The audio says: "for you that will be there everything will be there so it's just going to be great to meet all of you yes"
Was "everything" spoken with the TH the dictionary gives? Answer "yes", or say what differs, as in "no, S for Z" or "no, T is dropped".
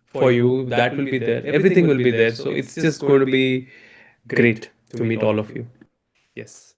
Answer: no, T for TH